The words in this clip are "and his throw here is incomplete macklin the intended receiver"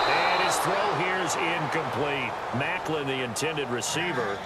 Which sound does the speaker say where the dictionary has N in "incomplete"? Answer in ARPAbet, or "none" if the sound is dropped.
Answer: N